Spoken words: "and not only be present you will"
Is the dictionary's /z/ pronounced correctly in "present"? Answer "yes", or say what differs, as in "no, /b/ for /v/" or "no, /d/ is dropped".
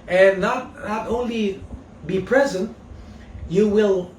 yes